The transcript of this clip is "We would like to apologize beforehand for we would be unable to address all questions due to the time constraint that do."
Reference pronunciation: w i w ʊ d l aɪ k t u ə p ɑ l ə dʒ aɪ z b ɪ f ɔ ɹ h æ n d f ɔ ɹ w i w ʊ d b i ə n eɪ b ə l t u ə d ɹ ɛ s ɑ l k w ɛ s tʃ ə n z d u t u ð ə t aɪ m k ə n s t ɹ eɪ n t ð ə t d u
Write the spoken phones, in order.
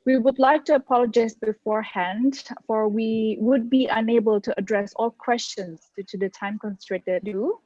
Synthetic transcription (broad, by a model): w i w ʊ d l aɪ k t u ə p ɑ l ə dʒ aɪ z b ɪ f ɔ ɹ h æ n d f ɔ ɹ w i w ʊ d b i ə n eɪ b ə l t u ə d ɹ ɛ s ɑ l k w ɛ s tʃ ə n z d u t u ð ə t aɪ m k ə n s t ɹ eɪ t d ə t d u